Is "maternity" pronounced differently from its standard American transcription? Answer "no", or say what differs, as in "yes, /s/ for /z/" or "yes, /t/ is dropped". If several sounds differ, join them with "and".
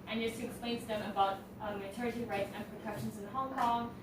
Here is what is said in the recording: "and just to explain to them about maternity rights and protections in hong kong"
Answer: yes, /n/ is dropped